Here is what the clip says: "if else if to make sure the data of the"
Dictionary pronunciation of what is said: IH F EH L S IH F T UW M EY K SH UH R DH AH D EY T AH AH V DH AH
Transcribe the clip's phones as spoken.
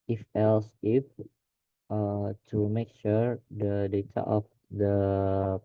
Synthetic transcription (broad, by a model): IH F EH L S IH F T UW M EY K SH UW R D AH D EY T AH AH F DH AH